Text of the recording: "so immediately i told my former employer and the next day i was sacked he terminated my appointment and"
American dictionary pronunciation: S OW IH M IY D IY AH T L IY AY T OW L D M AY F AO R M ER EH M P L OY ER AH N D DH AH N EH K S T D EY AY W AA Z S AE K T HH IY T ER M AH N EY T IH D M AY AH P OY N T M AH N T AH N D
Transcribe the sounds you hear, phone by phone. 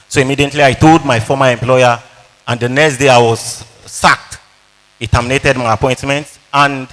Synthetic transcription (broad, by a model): S OW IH M IY D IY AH T L IY AY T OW D M AY F AO M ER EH M P L OY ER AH N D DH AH N EH K S T D EY AY W AA Z S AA K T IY T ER M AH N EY T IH D M AY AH P OY N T M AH N T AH N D